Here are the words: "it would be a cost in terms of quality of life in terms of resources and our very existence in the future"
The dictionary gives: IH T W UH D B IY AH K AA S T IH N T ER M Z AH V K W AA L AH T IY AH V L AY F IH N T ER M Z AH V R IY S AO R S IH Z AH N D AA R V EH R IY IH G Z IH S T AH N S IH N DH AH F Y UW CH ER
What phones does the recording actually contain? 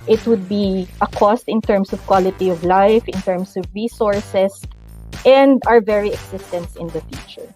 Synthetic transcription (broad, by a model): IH T W UH D B IY AH K AA S T IH N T ER M S AH V K W AA L AH T IY AH V L AY F IH N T ER M S AH V R IY S AO R S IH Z AH N D AA R V EH R IY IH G S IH S T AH N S IH N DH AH F Y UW CH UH